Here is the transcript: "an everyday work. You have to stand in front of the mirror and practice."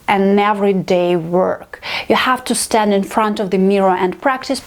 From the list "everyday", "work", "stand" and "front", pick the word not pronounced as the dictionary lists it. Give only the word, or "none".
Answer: none